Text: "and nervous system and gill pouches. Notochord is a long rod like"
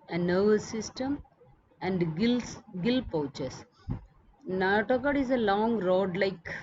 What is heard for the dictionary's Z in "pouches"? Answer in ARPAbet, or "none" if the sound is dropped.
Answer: S